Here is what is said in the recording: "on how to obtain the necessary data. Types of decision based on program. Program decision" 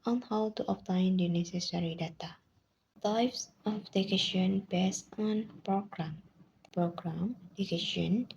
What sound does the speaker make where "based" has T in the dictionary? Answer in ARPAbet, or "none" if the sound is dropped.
none